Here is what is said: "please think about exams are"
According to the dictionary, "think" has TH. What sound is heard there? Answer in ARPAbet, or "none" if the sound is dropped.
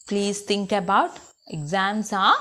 T